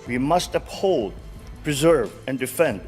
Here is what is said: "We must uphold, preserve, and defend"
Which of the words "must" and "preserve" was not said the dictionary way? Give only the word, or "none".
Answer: none